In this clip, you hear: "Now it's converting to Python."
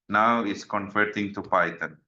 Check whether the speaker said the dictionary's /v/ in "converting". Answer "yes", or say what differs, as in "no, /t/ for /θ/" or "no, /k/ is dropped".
no, /f/ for /v/